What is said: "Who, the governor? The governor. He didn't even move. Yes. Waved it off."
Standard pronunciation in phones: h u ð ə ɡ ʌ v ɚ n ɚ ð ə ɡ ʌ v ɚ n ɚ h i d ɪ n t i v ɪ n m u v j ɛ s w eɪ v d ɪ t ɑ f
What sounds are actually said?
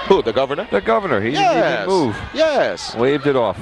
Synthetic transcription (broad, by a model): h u ð ə ɡ ʌ v ɚ n ɚ ð ə ɡ ʌ v ɚ n ɚ h i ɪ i ɪ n m u v j ɛ s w eɪ v d ɪ t ɑ f